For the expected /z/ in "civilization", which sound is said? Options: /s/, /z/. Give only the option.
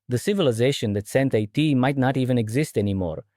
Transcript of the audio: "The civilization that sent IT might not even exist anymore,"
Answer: /z/